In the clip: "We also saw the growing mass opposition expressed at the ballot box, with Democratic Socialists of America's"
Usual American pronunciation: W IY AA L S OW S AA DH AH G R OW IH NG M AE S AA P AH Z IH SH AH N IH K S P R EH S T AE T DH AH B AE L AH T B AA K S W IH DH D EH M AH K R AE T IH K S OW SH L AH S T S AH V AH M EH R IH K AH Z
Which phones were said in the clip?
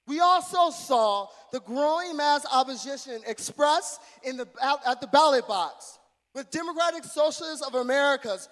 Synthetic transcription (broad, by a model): W IY AA L S OW S AA DH AH G R OW IH NG M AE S AA P AH Z IH SH AH N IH K S P R EH S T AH T DH AH B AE L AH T B AA K S W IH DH D EH M AH K R AE T IH K S OW SH L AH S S AH V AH M EH R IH K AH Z